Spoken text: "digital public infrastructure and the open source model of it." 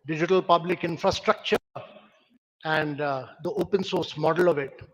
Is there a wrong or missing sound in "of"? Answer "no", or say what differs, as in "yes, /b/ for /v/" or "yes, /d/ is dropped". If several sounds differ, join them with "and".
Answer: no